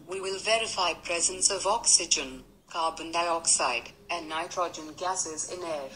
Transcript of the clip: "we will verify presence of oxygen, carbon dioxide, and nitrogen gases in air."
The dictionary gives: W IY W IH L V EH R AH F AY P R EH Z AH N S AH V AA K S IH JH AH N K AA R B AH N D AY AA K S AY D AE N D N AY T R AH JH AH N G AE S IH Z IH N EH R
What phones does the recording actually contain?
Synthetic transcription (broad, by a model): W IY W IH L V EH R AH F AY P R EH Z AH N S AH V AA K S IH JH AH N K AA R B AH N D AY AA K S AY D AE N N AY T R AH JH AH N G AE S IH Z IH N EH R